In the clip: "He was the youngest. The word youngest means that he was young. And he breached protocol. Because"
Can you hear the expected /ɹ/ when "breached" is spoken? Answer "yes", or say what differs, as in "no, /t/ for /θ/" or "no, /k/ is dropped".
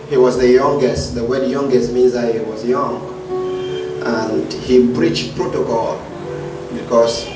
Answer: yes